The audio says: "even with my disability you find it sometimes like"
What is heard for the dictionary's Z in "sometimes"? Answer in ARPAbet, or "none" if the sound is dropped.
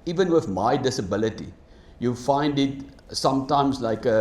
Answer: S